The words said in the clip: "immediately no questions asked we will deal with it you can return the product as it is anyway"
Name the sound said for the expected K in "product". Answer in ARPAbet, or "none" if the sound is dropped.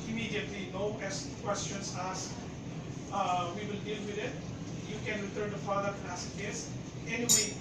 none